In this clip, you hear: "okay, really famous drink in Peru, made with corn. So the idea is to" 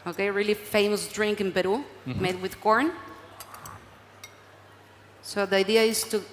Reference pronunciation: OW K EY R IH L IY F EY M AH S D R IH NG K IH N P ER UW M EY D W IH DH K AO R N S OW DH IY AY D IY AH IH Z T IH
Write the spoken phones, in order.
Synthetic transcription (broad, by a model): OW K EY R IH L IY F EY M AH S D R IH NG K IH N B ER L M EY D W IH DH K AO R N S OW DH IY AY D IY AH IH Z T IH